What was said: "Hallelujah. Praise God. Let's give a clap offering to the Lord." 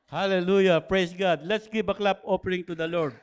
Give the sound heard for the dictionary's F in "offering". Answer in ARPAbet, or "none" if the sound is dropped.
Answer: P